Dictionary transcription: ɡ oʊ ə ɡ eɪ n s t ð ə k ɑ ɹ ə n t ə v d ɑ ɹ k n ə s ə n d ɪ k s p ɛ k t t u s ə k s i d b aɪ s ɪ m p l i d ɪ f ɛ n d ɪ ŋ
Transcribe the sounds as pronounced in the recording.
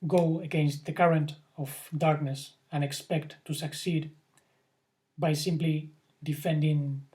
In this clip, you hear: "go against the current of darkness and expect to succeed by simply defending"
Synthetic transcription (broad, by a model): ɡ oʊ ə ɡ eɪ n s t ð ə k ɑ ɹ ə n t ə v d ɑ ɹ k n ə s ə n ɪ k s p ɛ k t t u s ə k s i d b aɪ s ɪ m p l i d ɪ f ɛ n d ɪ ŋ